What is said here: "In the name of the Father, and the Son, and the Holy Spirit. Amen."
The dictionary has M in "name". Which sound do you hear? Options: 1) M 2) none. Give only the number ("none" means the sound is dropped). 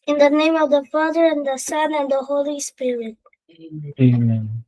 1